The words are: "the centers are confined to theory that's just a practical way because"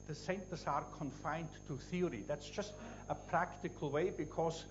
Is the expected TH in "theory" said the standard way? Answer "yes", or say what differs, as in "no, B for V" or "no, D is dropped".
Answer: yes